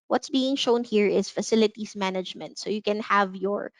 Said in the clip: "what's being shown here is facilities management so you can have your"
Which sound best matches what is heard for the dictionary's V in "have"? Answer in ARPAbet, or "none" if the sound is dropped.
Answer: V